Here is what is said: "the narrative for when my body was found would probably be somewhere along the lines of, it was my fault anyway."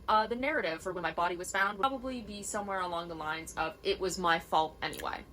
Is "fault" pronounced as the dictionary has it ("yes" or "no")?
yes